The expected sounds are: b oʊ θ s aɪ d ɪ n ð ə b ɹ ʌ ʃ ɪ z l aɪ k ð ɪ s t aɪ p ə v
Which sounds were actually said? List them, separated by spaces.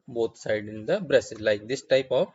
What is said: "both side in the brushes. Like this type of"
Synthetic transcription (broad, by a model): b oʊ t s aɪ d ɪ n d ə b ɹ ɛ s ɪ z l aɪ k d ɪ s t aɪ p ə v